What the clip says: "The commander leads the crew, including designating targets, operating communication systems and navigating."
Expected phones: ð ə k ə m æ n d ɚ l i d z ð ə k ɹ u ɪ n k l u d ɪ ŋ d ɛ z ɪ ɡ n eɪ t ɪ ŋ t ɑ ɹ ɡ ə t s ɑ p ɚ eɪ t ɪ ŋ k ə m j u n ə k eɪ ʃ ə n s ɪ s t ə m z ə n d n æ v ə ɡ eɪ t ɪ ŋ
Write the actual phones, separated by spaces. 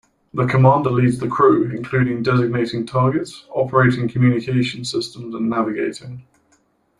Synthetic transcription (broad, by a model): ð ə k ə m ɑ n d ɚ l i d z ð ə k ɹ u ɪ n k l u d ɪ ŋ d ɛ z ɪ ɡ n eɪ t ɪ ŋ t ɑ ɡ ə t s ɑ p ɚ eɪ t ɪ ŋ k ə m j u n ə k eɪ ʃ ə n s ɪ s t ə m z ə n n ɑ v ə ɡ eɪ t ɪ ŋ